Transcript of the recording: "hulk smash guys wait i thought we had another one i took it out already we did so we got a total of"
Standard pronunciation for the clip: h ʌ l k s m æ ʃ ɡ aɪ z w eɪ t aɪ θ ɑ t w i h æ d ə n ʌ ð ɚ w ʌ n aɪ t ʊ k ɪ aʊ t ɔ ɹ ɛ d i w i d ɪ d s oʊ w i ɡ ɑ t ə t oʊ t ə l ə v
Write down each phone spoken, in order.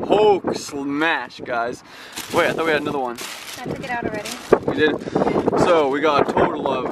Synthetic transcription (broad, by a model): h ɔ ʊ k s m æ ʃ ɡ aɪ z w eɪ aɪ θ ɑ t w i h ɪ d ə n ʌ ð ɚ w ʌ n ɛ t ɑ ɪ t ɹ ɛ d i w i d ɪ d s oʊ w i ɡ ɑ t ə t oʊ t l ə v